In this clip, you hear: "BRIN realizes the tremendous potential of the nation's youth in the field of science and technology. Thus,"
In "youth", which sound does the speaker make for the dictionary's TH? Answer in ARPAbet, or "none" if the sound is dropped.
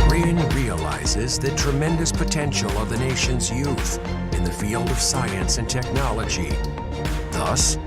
TH